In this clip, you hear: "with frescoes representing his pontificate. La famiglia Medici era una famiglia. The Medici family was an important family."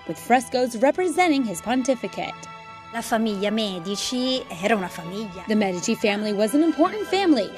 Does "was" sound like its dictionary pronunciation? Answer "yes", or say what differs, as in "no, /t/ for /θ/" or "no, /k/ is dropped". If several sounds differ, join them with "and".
yes